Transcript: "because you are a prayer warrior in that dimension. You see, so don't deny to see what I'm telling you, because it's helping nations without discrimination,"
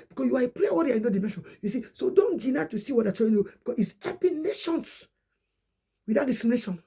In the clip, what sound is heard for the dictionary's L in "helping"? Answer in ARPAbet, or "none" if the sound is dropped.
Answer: none